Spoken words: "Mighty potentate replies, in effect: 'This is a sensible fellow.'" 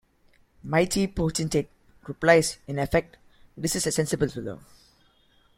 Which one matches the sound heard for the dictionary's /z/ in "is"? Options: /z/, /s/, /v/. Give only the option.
/s/